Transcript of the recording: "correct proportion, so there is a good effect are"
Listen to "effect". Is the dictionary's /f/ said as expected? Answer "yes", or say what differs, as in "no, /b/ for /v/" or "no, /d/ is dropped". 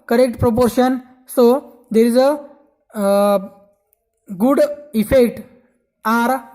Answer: yes